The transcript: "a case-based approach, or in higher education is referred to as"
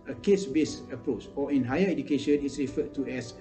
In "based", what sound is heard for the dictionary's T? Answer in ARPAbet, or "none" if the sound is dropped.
none